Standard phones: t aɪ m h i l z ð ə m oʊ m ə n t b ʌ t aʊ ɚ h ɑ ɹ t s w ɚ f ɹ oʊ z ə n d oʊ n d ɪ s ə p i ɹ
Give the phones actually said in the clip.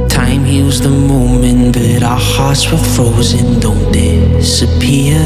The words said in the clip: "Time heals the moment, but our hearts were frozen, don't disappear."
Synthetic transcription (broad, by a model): t aɪ m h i w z ð ə m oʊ m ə n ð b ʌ t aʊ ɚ h ɑ ɹ t s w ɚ f ɹ oʊ z ə n d oʊ n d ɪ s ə p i